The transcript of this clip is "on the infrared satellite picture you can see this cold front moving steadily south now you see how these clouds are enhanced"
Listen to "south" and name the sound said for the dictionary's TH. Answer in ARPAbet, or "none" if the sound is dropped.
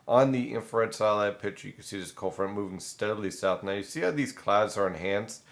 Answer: TH